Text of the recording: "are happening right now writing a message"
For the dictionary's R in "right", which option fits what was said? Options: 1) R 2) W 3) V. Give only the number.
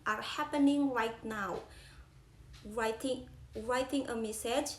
1